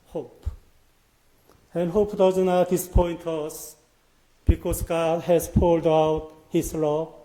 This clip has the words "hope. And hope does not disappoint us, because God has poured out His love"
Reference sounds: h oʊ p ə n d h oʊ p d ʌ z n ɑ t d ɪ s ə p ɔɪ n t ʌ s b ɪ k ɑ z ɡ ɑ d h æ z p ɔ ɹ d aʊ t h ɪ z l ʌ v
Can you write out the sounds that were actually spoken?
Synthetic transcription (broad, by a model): h oʊ p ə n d h oʊ p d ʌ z n ɑ t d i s p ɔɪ n t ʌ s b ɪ k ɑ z ɡ ɑ d h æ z p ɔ l d aʊ t h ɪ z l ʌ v